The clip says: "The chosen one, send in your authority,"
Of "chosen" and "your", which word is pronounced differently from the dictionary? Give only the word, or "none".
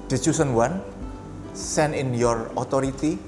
chosen